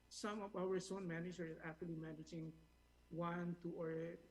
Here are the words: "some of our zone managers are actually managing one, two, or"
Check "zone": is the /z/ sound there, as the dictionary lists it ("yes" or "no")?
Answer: no